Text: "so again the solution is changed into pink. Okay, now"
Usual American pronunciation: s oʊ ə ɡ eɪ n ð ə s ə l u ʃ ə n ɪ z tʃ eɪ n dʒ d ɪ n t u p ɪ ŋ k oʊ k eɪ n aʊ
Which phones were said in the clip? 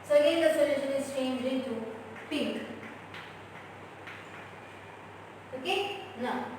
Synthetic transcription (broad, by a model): s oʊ ə ɡ eɪ n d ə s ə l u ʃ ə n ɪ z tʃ eɪ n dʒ ɪ n t u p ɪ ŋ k oʊ k eɪ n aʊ